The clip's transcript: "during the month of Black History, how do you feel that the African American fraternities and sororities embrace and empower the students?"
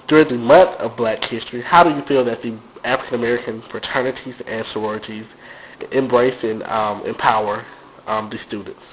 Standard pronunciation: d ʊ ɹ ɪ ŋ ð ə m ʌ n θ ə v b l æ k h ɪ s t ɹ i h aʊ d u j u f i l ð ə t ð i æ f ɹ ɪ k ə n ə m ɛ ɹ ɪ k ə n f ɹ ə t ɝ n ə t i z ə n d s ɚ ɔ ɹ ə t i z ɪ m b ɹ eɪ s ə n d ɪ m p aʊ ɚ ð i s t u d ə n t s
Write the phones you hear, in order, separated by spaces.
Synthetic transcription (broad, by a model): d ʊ ɹ ɪ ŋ ð ə m ʌ n θ ə v b l æ k h ɪ s t ɹ i h aʊ d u j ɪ f i l ð ə t ð i æ f ɹ ɪ k ə n ə m ɛ ɹ ɪ k ə n f ɹ ə t ɝ n ə t i z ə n s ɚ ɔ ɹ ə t i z ɪ m b ɹ eɪ s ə n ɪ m p aʊ ɚ ð i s t u d n t s